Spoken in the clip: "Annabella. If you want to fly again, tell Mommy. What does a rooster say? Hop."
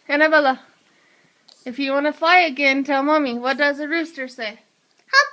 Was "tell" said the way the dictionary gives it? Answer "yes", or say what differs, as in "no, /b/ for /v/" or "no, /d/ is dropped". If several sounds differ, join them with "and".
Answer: yes